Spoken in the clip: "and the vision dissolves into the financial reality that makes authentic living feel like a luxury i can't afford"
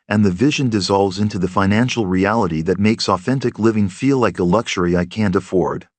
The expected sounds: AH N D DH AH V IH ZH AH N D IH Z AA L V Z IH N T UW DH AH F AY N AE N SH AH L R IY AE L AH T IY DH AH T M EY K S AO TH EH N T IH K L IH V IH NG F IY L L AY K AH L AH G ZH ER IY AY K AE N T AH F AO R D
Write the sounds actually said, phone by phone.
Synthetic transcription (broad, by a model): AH N DH AH V IH ZH AH N D IH Z AA L V Z IH N T UW DH AH F AY N AE N SH L R IY AE L AH T IY DH AH T M EY K S AO TH EH N T IH K L IH V IH NG F IY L L AY K AH L AH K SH ER IY AY K AE N T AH F AO R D